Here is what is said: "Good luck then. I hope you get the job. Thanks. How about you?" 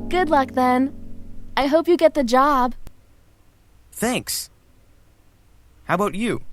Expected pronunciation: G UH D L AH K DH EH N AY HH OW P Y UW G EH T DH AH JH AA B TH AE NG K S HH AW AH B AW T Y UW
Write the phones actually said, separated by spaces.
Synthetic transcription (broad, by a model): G UH D L AH K DH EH N AY HH OW P Y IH G EH T DH AH JH AA B TH AE NG K S HH AW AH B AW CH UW